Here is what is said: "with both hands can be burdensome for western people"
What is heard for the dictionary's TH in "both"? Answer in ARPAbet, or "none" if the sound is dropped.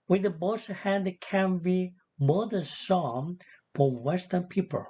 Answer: S